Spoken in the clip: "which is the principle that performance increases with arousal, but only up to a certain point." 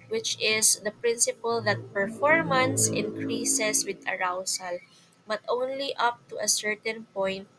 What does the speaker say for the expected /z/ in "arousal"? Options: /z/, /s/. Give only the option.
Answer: /s/